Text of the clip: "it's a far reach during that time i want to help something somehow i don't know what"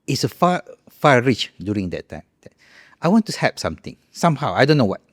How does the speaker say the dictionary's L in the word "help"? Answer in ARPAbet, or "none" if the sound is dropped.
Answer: none